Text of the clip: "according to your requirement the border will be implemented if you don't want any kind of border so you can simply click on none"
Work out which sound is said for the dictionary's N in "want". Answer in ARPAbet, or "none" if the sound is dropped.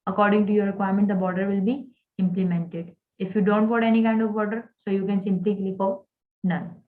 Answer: none